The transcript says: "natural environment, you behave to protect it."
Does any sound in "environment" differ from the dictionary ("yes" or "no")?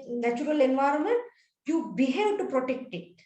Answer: no